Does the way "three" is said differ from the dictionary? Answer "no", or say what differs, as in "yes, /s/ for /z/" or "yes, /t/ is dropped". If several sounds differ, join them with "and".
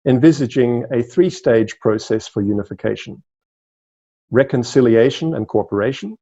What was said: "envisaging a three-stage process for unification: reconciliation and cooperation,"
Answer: no